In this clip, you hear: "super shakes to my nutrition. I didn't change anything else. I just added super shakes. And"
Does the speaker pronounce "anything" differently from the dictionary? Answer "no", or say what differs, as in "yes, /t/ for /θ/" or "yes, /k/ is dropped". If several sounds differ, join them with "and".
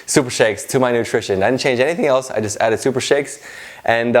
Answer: no